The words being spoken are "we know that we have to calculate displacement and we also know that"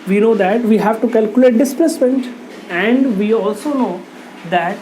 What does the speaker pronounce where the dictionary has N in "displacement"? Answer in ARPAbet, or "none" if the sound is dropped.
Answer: N